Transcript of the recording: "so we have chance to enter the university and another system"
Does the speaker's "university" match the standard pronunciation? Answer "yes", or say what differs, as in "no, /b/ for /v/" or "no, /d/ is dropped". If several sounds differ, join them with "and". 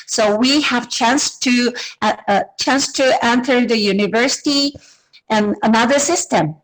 yes